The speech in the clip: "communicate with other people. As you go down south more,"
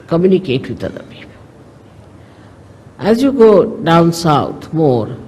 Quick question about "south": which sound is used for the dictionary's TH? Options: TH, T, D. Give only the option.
T